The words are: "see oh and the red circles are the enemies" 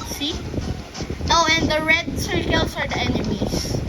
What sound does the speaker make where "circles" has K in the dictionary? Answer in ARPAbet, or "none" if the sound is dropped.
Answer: none